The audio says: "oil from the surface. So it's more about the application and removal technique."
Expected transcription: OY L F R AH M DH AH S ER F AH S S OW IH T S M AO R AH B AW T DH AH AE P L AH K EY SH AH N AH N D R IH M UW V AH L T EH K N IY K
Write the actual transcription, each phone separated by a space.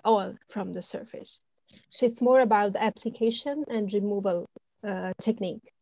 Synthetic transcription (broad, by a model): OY L F R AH M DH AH S ER F AH S S OW IH T S M AO R AH B AW T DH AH AE P L AH K EY SH AH N AH N D R IH M UW V AH L T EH K N IY K